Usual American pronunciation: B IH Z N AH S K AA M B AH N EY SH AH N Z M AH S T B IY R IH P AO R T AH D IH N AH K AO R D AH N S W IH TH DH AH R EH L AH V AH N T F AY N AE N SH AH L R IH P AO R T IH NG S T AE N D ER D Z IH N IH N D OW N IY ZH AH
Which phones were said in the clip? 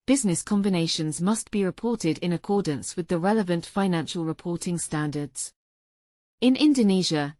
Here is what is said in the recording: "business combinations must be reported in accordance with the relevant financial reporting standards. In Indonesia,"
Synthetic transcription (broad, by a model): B IH Z N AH S K AA M B AH N EY SH AH N Z M AH S B IY R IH P AO T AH D IH N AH K AO D N S W IH DH AH R EH L AH V AH N T F AY N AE N SH AH L R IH P AO T IH NG S T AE N D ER D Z IH N IH N D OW N IY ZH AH